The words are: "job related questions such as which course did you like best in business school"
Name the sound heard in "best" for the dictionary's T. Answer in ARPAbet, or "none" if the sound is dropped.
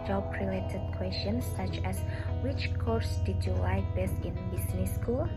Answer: none